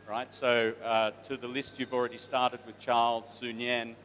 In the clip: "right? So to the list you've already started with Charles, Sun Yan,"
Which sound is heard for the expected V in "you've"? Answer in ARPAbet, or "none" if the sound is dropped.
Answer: V